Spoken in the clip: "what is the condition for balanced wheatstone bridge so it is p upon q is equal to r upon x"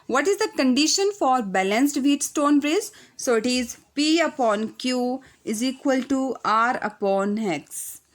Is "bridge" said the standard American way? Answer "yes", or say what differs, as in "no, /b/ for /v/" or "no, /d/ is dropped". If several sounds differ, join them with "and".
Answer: no, /z/ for /dʒ/